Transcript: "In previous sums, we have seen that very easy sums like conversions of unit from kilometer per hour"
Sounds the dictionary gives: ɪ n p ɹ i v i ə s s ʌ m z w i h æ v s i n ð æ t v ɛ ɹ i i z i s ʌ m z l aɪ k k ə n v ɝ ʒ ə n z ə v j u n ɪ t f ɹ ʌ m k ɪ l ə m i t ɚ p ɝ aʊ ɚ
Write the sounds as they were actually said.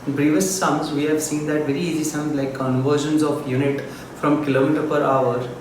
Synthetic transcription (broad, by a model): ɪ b ɹ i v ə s s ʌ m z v i h æ v s i n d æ t v ɛ ɹ i i z i s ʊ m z l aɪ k k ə n v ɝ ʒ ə n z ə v j u n ɪ t f ɹ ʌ m k ɪ l ə m i t ɚ p ɝ aʊ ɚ